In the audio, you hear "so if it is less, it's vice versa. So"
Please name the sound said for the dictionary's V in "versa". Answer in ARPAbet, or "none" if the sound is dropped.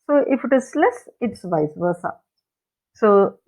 B